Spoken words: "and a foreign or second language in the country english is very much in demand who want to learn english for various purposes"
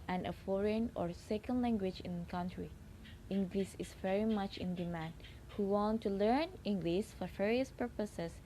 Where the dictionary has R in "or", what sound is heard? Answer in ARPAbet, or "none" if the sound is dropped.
R